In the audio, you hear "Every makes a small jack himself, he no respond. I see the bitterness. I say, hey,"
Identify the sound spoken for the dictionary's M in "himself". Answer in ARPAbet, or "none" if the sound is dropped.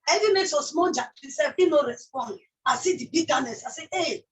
none